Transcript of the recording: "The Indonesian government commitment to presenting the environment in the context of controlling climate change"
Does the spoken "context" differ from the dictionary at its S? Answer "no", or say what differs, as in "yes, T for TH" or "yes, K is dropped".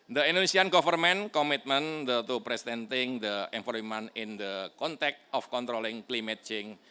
yes, S is dropped